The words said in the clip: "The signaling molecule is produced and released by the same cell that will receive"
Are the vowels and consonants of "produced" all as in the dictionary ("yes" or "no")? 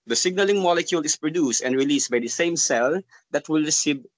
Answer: yes